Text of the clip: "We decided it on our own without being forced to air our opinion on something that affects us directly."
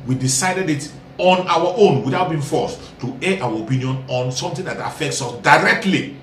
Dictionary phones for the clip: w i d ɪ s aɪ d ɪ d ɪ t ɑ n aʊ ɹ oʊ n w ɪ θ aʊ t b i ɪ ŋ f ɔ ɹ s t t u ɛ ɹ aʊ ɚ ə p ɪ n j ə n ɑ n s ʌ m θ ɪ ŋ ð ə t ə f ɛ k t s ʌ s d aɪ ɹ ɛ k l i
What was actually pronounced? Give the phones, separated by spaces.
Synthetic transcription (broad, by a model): w i d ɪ s aɪ d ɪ d ɪ t ɑ n aʊ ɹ oʊ n w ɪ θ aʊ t b i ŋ f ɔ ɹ s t t u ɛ aʊ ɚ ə p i n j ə n ɑ n s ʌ m t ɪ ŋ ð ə t ə f ɛ k t s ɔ s d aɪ ɹ ɛ k l i